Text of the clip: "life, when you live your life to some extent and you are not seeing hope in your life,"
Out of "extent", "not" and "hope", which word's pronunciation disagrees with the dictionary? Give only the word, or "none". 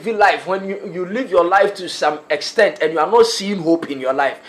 none